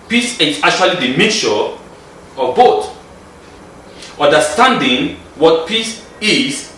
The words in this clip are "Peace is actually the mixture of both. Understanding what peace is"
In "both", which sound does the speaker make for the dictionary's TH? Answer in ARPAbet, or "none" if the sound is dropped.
T